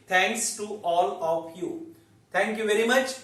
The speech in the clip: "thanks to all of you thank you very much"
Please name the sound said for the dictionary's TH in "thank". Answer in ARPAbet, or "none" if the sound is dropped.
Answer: T